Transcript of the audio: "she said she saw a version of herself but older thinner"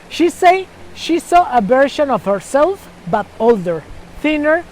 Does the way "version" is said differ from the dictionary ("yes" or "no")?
yes